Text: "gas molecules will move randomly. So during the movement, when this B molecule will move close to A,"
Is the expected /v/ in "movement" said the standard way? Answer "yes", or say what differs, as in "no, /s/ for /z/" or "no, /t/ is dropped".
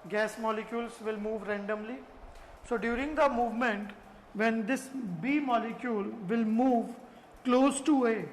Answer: yes